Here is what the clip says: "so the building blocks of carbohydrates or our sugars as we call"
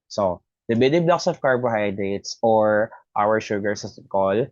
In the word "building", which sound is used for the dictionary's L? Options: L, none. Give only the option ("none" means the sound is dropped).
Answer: none